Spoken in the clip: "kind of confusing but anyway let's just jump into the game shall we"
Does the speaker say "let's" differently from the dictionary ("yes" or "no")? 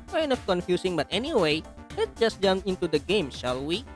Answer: yes